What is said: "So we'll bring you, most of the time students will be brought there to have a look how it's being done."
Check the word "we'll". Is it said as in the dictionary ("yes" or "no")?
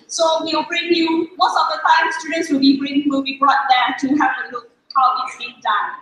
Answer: no